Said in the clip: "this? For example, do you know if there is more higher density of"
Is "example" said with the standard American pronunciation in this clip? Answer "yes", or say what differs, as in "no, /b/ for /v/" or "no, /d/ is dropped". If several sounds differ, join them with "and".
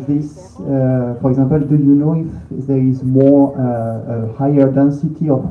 no, /m/ is dropped